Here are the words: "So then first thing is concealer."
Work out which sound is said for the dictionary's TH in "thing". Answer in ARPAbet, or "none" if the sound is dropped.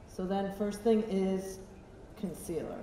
TH